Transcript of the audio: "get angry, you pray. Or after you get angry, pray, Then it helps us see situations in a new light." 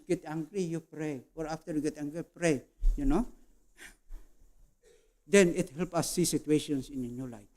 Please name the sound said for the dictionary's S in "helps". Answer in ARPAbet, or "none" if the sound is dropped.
none